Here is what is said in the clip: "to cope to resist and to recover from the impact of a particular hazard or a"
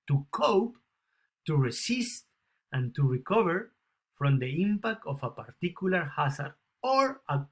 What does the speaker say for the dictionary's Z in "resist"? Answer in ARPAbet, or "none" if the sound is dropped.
S